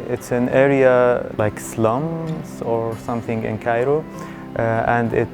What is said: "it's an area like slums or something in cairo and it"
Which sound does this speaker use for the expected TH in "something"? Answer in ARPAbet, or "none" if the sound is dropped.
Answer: TH